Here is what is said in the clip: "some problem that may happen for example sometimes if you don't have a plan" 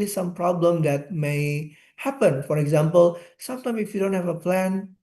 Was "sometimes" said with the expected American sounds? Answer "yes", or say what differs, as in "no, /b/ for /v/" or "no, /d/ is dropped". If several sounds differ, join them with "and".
no, /z/ is dropped